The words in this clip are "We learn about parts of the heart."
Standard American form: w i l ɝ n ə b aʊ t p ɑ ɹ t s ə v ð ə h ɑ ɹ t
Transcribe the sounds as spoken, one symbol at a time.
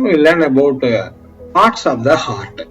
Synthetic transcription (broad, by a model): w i l ɝ n ə b aʊ t p ɑ ɹ t s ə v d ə h ɑ ɹ t